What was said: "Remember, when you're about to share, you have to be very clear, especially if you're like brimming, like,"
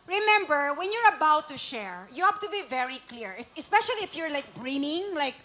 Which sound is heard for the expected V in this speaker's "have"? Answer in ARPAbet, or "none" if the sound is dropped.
P